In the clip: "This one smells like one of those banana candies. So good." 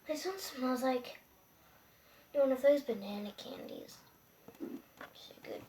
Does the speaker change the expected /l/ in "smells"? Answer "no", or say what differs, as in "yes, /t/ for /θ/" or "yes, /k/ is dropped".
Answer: yes, /l/ is dropped